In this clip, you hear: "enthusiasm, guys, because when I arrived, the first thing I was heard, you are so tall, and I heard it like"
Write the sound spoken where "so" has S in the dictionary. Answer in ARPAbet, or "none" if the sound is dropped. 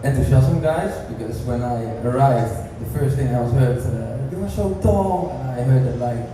SH